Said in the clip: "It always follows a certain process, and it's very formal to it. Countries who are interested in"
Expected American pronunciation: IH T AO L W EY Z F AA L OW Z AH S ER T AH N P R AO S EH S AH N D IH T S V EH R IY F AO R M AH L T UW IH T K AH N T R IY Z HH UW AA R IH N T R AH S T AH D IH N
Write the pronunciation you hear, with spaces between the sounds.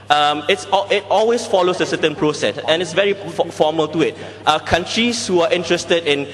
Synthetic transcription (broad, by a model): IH T AO L W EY S F AA L OW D AH S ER T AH N P R AO S EH S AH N IH T S V EH R IY F AO M AH L T UW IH T K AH N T R IY S HH UW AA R IH N T R AH S T AH D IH N